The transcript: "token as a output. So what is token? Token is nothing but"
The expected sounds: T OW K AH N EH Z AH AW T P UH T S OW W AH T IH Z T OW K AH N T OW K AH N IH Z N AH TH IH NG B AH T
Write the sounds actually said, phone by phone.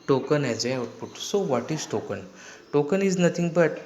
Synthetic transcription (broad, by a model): T OW K AH N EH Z AH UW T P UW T S OW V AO T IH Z T OW K AH N T OW K AH N IH Z N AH T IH NG B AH T